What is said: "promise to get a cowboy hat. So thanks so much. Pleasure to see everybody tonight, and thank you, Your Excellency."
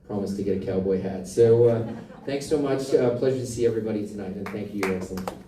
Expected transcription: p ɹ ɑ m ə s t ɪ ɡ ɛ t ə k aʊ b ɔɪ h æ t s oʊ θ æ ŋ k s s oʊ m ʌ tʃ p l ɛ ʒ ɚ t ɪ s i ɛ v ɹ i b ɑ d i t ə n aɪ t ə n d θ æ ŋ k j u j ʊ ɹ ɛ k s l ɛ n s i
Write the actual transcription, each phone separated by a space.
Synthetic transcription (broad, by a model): p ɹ ɑ m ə s t ɪ ɡ ɛ t ə k aʊ b ɔɪ h æ t s oʊ θ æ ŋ k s s oʊ m ʌ tʃ p l ɛ ʒ ɚ t ɪ s i ɛ v ɹ i b ɑ d i t ə n aɪ t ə n θ æ ŋ k j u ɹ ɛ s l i